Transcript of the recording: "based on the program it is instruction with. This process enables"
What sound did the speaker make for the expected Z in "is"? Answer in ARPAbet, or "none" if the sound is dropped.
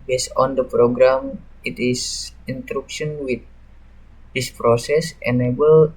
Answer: S